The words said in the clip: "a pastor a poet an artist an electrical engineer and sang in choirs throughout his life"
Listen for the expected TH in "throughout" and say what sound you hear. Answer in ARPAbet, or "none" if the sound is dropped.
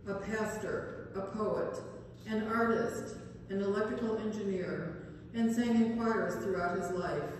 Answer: TH